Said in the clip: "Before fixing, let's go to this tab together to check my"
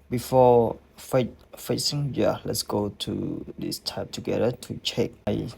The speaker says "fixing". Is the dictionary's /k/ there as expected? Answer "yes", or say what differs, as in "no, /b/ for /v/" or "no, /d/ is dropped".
no, /k/ is dropped